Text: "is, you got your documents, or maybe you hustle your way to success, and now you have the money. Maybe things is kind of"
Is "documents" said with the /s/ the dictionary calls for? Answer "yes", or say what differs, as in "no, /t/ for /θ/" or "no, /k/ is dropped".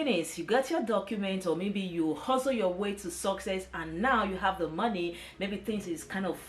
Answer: no, /s/ is dropped